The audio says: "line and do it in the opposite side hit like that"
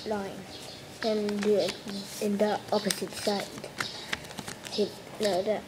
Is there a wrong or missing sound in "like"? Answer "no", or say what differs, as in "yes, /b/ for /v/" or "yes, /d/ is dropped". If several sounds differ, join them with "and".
yes, /n/ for /l/